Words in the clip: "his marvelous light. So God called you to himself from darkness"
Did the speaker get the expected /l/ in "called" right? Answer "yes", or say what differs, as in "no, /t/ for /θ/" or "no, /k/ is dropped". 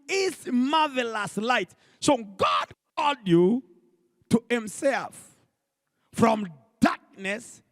no, /l/ is dropped